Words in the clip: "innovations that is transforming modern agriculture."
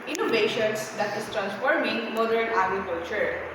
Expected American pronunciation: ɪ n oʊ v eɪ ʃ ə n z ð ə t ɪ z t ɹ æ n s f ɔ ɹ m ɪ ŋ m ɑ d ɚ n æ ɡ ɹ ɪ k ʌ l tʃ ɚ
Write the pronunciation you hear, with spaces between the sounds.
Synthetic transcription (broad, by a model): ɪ n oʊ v eɪ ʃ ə n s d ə t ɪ s t ɹ æ n s f ɔ ɹ m ɪ ŋ m ɑ d ɚ n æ ɡ ɹ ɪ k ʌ l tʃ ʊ